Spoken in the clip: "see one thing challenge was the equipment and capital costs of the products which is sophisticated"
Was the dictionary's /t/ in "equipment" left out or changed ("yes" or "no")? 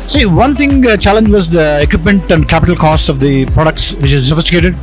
no